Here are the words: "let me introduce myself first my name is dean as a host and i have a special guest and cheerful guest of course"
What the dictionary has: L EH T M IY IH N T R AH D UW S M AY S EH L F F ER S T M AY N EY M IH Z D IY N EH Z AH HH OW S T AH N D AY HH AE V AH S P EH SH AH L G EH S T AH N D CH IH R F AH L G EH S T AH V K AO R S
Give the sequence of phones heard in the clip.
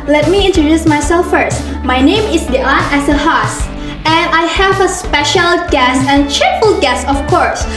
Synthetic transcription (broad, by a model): L EH T M IY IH N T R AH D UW S M AY S EH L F F ER S T M AY N EY M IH S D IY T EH S AH HH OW S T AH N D AY HH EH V AH S P EH SH AH L G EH S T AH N CH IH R F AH L G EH S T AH F K AO R S